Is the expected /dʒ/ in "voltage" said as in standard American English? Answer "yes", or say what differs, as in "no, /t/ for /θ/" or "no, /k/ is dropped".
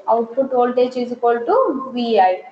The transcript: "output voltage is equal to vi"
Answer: no, /tʃ/ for /dʒ/